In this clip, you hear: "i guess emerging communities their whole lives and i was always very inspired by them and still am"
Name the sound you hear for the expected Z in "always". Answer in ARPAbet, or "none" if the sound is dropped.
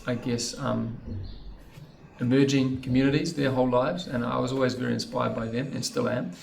Z